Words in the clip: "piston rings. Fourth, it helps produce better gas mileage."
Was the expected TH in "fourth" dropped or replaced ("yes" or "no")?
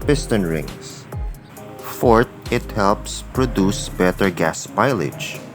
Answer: yes